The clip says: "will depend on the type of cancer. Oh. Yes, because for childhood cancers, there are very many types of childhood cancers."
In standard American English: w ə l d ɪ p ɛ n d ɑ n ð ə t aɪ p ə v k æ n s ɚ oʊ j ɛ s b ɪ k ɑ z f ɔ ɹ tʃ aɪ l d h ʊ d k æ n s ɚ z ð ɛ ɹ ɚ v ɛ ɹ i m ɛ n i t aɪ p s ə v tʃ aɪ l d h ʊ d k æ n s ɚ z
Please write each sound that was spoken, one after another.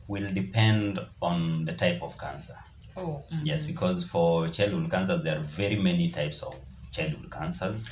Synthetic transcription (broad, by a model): w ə l d ɪ p ɛ n d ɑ n ð ə t aɪ p ə v k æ n s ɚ oʊ j ɛ s b ɪ k ɑ z f ɔ ɹ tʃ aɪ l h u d k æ n s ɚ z ð ɛ ɹ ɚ v ɛ ɹ i m ɛ n i t aɪ p s ə v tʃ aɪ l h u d k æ n s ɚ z